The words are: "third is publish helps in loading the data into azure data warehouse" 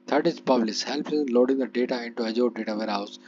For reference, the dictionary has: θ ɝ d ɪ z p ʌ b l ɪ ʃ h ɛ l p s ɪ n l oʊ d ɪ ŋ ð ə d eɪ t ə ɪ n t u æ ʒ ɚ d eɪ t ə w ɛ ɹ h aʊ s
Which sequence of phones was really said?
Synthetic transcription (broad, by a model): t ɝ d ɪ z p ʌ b l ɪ s h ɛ l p ɪ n l oʊ d ɪ ŋ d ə d eɪ t ə ɪ n t u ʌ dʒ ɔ d eɪ t ə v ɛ ɹ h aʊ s